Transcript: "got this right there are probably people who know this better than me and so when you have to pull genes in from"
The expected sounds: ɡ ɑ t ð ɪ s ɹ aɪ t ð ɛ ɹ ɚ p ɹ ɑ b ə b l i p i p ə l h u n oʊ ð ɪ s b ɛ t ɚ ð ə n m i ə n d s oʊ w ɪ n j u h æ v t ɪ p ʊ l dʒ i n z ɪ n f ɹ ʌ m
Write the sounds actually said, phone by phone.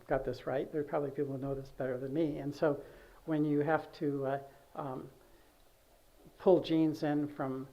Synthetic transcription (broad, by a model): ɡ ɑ t ð ɪ s ɹ aɪ t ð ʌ ɹ p ɹ ɑ b ə b l i p i p l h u n oʊ ð ɪ s b ɛ t ɚ ð ə n m i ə n s oʊ w ɪ n j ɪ h æ f t ɪ p ʊ l dʒ i n z ɪ n f ɹ ʌ m